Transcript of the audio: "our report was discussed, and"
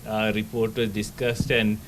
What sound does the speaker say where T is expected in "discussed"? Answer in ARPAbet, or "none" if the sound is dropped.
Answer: T